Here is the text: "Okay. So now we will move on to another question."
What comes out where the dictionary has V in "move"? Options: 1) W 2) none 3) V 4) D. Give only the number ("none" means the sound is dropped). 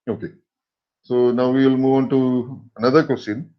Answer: 3